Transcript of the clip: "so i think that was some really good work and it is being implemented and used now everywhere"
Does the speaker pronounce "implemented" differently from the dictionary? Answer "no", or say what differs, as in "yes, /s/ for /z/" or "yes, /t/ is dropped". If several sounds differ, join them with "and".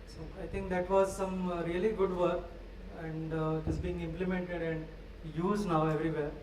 no